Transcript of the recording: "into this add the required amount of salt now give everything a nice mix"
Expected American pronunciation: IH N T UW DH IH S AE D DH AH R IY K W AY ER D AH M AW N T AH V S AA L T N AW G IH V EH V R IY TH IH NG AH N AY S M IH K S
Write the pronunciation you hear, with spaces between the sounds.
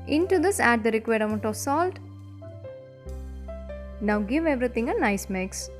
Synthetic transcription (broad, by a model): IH N T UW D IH S AE D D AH R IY K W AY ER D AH M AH N T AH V S AA L T N AW G IH V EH V R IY T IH NG AH N AY S M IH K S